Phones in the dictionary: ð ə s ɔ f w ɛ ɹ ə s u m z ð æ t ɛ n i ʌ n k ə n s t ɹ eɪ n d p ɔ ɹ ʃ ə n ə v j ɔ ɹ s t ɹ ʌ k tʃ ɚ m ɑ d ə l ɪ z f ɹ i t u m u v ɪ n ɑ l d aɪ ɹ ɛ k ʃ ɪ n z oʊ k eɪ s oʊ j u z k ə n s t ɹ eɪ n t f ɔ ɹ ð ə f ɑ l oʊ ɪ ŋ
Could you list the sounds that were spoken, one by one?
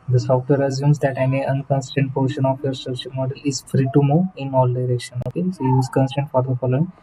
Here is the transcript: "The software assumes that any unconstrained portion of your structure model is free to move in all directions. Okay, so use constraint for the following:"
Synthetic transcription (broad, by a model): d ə s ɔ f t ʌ ɹ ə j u m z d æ t ɛ n i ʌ n k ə n s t eɪ n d p ɔ ɹ ʃ ə n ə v j ɔ ɹ s t ɹ ʌ k tʃ ɚ m ɑ d ə l ɪ z f ɹ i t u m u ɪ n ɑ l d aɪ ɹ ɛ k ʃ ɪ n oʊ k eɪ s oʊ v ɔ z k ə n s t eɪ n t f ɔ ɹ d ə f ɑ l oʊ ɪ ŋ